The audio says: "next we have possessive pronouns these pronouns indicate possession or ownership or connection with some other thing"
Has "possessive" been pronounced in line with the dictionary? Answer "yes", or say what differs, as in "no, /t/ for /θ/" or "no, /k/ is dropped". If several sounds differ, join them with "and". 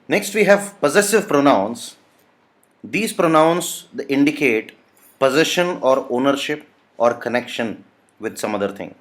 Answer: yes